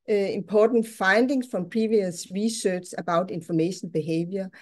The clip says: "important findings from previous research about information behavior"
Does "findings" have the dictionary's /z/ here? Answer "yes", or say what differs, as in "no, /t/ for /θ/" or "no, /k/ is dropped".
no, /s/ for /z/